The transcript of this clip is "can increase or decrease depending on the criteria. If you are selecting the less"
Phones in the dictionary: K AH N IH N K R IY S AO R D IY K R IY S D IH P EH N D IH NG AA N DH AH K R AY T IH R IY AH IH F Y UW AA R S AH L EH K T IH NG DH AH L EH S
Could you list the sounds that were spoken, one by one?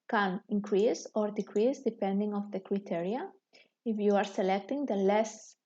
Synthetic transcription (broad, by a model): K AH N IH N K R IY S AO R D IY K R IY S D IH P EH N D IH NG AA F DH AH K R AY T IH R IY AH IH F Y UW AA R S AH L EH K T IH NG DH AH L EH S